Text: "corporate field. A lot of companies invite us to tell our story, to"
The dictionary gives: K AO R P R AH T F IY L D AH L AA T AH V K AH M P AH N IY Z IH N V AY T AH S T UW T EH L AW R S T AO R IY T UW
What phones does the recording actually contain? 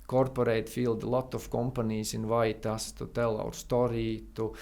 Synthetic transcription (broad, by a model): K AO R P R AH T F IY L D L AA T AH F K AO M P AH N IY S IH N V AY T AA S T UW T EH L AW R S T AO R IY T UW